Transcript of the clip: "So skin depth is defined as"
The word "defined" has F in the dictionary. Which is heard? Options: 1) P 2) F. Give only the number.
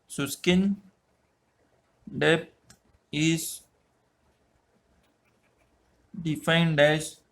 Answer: 2